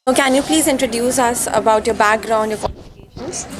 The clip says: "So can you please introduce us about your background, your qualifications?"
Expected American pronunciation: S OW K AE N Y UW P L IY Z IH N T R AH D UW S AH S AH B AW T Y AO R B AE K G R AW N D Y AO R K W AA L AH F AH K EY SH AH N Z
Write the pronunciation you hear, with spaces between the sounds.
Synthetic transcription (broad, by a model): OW K AE N Y UW P L IY Z IH N T R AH D UW S AH S AH B AW T Y AO R B AE K G R AW N D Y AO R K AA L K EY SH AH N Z